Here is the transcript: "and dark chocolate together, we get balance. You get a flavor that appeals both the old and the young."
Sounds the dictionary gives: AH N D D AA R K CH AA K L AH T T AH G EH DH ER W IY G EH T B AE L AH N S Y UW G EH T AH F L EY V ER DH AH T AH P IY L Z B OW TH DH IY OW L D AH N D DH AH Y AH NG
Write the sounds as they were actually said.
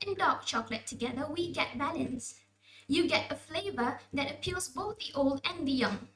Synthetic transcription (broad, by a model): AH N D D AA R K CH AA K L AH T T AH G EH DH ER W IY G EH T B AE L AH N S Y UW G EH T AH F L EY V ER DH AH T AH P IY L Z B OW TH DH IY OW L D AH N DH AH Y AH NG